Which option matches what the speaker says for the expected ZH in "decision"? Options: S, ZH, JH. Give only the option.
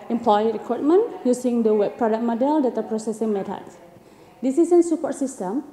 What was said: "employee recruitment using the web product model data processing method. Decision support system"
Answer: S